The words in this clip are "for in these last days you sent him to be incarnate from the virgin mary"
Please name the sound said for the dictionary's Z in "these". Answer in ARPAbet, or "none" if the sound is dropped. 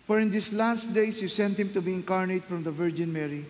S